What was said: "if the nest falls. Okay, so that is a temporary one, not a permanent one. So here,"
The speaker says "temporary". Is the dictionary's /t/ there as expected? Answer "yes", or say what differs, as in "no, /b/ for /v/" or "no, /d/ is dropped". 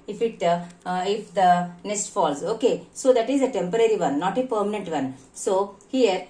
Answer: yes